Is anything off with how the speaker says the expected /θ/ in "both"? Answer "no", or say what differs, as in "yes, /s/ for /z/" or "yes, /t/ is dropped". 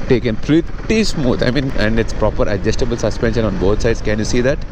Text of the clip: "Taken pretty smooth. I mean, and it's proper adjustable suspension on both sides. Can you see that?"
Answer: yes, /t/ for /θ/